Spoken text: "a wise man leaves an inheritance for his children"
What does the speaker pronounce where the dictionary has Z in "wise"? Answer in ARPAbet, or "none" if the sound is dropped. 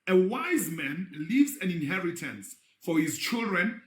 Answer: Z